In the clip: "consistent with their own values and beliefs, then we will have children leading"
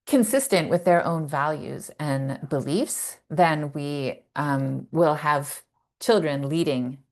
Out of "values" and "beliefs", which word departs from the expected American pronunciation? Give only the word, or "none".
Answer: none